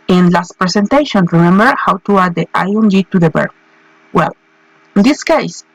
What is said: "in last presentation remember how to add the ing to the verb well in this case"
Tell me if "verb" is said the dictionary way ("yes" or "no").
no